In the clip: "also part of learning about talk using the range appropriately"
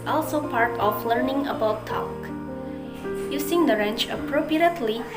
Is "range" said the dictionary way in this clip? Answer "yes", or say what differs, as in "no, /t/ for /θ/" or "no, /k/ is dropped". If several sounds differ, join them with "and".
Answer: no, /tʃ/ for /dʒ/